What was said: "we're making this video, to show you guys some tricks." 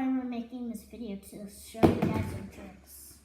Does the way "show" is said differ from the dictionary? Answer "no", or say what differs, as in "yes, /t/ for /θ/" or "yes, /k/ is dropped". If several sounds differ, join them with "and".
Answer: yes, /s/ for /ʃ/